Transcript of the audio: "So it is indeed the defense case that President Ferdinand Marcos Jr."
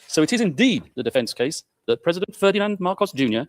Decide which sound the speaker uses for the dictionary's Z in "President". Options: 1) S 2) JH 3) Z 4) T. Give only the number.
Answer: 3